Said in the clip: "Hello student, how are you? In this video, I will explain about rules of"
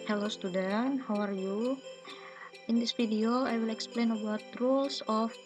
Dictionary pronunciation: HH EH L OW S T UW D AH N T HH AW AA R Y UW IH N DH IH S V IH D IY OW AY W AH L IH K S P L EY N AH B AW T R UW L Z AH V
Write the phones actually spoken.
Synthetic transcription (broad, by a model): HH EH L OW S T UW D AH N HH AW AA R Y UW IH N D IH S F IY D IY OW AY W AH L IH K S P L EY N AH B AW T R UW L S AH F